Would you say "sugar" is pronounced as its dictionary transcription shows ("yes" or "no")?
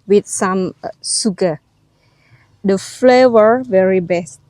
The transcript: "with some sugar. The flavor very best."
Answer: no